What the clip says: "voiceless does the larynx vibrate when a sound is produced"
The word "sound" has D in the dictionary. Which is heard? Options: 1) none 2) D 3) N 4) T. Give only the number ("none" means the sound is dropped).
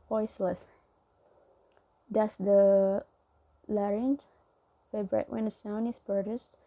1